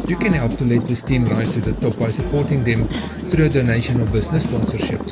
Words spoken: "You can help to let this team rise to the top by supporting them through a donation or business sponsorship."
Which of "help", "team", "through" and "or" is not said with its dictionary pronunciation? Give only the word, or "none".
or